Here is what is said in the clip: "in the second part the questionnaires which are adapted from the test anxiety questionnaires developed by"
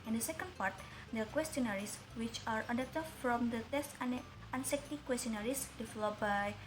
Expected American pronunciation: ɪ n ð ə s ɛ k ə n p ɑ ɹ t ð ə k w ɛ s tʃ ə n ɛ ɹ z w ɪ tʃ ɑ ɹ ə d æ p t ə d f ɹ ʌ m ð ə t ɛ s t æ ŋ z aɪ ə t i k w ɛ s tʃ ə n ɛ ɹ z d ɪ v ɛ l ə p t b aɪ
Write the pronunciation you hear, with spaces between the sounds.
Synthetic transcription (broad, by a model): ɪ n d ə s ɛ k ə n p ɑ ɹ t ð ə k w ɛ s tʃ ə n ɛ ɹ s w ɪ tʃ ɑ ɹ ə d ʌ t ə f ɹ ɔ m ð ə t ɛ s t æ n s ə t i k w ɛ s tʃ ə n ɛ ɹ s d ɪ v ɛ l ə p b aɪ